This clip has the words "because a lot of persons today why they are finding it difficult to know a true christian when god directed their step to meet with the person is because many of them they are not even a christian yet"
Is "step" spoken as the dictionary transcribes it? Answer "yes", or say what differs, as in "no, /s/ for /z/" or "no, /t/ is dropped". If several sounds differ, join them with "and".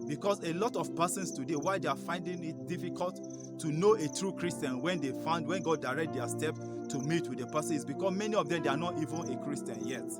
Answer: yes